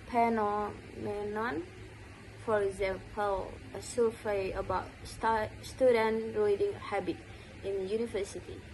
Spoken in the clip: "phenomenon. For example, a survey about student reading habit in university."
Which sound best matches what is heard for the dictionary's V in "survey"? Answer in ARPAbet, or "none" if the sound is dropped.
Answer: F